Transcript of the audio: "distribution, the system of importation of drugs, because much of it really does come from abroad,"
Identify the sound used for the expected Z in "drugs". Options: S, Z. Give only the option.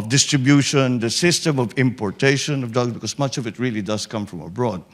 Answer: S